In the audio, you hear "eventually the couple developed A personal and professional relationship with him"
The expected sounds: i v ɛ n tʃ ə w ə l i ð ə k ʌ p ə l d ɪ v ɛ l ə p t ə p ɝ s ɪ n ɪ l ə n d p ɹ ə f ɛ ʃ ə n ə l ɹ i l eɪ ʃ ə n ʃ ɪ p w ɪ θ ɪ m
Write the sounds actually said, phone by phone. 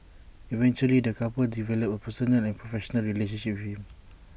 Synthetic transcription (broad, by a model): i v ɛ n tʃ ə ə l i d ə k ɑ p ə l d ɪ v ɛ l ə p ə p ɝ s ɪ n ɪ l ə n p ɹ ə f ɛ ʃ ə n ə l ɹ i l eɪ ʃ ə n ʃ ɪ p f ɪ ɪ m